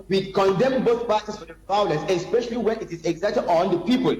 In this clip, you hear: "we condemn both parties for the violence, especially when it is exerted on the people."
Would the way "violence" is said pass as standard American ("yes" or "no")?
no